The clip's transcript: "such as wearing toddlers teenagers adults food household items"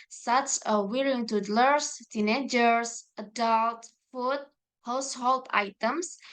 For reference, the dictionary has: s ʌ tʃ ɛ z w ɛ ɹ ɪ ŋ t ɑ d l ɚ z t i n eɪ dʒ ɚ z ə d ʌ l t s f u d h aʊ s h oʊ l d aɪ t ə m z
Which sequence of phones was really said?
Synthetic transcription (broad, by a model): s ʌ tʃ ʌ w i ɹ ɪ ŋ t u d l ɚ s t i n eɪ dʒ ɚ s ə d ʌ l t f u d h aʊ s h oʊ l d aɪ t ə m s